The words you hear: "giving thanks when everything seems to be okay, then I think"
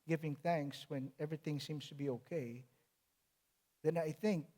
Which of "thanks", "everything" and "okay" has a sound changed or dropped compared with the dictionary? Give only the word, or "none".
none